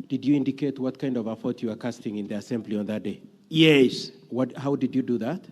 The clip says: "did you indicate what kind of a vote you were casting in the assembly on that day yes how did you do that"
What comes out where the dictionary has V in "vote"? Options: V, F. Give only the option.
F